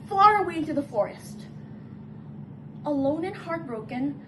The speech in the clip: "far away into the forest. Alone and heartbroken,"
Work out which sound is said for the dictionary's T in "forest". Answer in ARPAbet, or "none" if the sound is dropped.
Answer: T